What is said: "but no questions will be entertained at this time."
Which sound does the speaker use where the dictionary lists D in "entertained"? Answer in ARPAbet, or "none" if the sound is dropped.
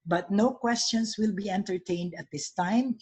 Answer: D